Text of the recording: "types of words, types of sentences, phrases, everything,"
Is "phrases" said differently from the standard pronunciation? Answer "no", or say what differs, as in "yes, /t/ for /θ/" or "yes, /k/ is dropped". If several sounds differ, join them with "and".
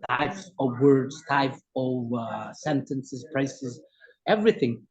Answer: yes, /p/ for /f/ and /s/ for /z/